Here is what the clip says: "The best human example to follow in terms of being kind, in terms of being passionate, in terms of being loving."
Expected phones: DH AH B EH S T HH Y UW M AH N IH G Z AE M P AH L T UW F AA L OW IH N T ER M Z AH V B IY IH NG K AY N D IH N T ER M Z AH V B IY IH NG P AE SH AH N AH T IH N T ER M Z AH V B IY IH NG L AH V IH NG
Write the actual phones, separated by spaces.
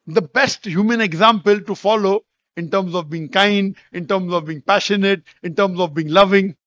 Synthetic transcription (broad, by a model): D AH B EH S T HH Y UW M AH N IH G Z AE M P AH L T UW F AA L OW IH N T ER M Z AH V B IY IH NG K AY N D IH N T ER M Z AH V B IY IH NG P AE SH AH N AH T IH N T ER M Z AH V B IY IH NG L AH V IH NG